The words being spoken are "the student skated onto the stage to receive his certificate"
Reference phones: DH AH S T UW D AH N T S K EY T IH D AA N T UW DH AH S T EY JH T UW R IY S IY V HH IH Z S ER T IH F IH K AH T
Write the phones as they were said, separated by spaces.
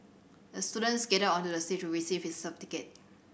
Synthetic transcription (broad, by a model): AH S T UW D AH N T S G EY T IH AA N T UW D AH S T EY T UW R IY S IY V HH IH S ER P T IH K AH T